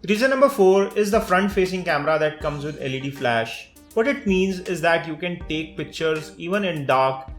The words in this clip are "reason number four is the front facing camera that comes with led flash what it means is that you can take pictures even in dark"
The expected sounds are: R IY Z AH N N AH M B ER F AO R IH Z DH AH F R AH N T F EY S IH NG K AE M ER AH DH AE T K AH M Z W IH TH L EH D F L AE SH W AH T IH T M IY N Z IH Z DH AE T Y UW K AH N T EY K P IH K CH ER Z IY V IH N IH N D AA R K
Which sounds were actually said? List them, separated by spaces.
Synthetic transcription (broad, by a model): R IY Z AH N N AH M B ER F AO R IH Z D AH F R AH N T F EY S IH NG K AE M ER AH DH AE T K AH M Z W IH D L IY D F L AE SH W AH T IH T M IY N Z IH Z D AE T Y UW K AH N T EY K P IH K CH ER Z IY V IH N IH N D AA R K